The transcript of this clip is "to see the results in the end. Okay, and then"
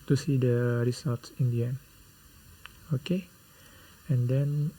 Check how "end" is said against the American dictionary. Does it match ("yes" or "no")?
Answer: no